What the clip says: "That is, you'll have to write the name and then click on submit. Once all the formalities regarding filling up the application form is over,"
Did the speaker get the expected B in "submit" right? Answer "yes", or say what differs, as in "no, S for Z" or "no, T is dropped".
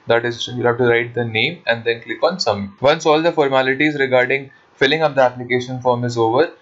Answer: no, B is dropped